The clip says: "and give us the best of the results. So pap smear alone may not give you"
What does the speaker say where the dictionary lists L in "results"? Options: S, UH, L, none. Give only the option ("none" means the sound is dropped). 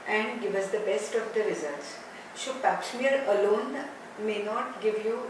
none